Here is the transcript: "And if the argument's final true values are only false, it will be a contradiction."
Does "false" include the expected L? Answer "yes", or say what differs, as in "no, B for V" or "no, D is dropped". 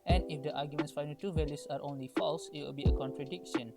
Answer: yes